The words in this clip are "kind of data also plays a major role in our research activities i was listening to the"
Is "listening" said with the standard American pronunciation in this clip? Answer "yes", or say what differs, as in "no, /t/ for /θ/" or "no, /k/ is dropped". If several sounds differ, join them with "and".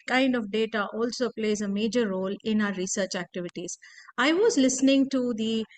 yes